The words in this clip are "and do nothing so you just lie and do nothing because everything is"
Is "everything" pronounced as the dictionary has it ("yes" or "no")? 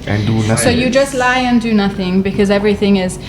yes